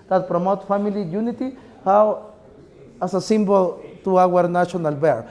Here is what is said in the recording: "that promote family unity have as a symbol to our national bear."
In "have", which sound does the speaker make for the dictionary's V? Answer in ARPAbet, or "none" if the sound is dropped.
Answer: W